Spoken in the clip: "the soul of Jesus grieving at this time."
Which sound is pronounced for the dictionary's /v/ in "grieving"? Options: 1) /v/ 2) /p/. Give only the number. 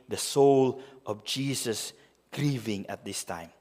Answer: 1